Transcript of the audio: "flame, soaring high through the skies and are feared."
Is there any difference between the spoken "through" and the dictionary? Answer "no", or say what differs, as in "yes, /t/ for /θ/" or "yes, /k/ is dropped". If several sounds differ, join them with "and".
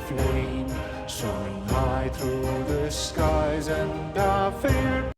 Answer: no